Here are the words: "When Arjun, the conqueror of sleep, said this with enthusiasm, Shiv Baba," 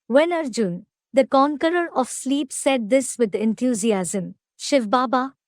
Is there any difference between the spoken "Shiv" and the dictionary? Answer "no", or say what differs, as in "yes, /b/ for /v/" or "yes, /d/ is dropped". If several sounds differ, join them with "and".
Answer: no